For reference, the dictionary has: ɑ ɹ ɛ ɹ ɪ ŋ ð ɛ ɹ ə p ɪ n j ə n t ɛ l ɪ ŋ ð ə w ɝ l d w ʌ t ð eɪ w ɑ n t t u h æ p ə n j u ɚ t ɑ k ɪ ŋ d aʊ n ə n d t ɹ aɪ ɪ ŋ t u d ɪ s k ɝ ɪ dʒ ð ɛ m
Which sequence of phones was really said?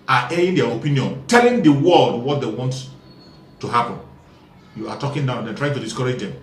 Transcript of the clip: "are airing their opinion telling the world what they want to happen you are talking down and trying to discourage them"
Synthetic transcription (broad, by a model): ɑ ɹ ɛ ɪ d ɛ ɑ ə p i n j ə n t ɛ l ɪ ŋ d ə w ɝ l d w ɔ t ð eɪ w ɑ n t t u h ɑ p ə n j u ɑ t ɑ k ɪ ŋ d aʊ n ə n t ɹ aɪ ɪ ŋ t u d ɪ s k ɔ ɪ dʒ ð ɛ m